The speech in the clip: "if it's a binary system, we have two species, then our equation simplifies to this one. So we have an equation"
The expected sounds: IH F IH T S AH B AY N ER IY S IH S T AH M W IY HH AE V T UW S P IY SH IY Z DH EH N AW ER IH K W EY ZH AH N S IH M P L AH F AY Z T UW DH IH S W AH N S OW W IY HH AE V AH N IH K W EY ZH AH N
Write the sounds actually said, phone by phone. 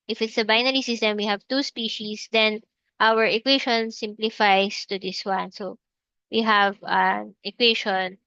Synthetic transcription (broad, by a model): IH F IH T S AH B AY N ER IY S IH S T AH M W IY HH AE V T UW S P IY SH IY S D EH N AW ER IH K W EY SH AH N S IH M P L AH F AY S T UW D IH S W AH N S OW W IY HH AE V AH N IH K W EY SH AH N